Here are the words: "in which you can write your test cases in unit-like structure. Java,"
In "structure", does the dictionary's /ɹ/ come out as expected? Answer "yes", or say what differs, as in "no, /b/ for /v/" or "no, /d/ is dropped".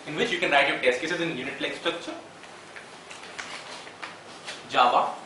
yes